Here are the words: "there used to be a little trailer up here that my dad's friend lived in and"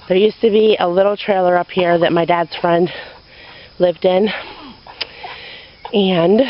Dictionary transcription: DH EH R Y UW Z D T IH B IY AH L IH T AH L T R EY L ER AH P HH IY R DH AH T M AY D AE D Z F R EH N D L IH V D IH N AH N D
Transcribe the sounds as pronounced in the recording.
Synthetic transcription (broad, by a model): DH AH R Y UW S T IH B IY AH L IH T L T R EY L ER AH P HH IY R DH AH T M AY D AE D Z F R EH N D L IH V D IH N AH N